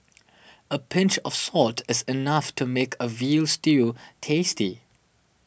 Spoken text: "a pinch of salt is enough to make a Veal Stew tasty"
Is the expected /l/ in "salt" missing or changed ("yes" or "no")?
no